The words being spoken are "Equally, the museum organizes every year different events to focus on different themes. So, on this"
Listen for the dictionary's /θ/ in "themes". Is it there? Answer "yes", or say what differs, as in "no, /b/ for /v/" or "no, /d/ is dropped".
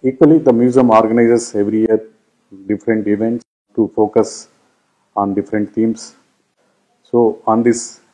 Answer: no, /t/ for /θ/